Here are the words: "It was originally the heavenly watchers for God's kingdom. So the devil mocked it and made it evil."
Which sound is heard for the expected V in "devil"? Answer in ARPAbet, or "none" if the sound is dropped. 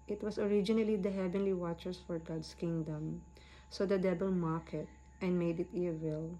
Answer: B